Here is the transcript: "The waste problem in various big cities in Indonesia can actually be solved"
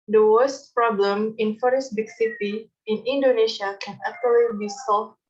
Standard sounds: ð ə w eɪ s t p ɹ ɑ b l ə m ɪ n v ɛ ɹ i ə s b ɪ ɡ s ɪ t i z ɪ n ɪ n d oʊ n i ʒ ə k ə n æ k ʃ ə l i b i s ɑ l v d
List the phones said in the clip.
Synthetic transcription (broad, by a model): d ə w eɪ s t p ɹ ɑ b l ə m ɪ n f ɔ ɹ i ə s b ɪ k s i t i ɪ n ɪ n d oʊ n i ʃ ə k ə n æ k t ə l i b i s ɑ l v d